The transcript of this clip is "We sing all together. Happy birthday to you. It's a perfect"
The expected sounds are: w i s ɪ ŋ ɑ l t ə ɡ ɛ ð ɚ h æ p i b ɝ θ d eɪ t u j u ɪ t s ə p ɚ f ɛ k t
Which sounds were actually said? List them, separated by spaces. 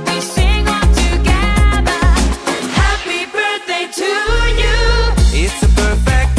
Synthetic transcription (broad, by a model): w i s ɪ ŋ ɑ n t ə ɡ ɛ ð ɚ h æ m i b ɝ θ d eɪ t u j u ɪ t s ə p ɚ f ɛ k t